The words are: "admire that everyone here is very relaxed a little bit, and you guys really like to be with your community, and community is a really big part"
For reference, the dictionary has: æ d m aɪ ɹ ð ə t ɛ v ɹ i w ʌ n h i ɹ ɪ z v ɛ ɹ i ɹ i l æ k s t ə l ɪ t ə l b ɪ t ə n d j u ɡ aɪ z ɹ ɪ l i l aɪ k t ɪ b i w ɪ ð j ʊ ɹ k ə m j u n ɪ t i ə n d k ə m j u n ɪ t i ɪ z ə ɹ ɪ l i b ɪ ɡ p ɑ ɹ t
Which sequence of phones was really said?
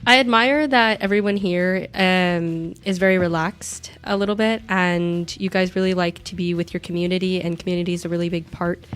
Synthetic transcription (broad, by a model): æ d m aɪ ɹ ð ə t ɛ v ɹ i w ʌ n h i ɹ ɪ z v ɛ ɹ i ɹ i l æ k s t ə l ɪ t l b ɪ t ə n j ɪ ɡ aɪ z ɹ ɪ l i l aɪ k t ɪ b i w ɪ ð j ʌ ɹ k m j u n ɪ t i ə n k m j u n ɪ t i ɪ z ə ɹ ɪ l i b ɪ ɡ p ɑ ɹ t